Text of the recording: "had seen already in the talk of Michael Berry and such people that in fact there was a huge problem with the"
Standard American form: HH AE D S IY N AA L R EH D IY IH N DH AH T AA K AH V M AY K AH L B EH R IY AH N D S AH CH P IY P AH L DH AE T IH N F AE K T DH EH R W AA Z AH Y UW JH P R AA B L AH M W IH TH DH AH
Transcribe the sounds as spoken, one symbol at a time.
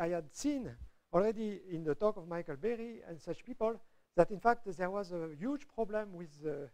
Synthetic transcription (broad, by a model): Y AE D S IY N AA L R EH D IY IH N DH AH T AA K AH V M AY K AH L B EH R IY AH N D S AH CH P IY P AH L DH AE T IH N F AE K T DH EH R W AA Z AH Y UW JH P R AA B L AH M W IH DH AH